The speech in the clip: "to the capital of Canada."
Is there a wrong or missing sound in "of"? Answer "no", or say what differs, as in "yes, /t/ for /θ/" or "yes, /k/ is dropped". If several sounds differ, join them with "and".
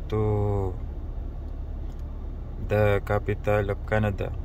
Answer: yes, /p/ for /v/